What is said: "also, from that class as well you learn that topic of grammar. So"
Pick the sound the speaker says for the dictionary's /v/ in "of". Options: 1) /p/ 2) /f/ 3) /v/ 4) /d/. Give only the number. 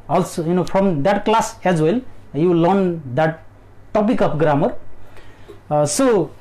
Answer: 1